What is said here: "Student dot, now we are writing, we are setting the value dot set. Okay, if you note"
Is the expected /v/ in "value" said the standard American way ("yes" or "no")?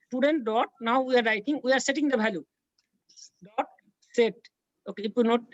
no